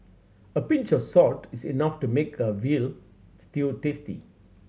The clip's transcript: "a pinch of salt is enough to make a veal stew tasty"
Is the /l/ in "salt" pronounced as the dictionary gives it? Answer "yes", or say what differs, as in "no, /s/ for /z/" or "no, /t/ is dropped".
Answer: no, /l/ is dropped